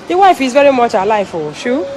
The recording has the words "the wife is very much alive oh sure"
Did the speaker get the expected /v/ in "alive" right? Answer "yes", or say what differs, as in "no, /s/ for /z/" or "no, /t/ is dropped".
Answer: no, /f/ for /v/